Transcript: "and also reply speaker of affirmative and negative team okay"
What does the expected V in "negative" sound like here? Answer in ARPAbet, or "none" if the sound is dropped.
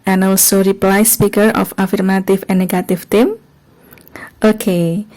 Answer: F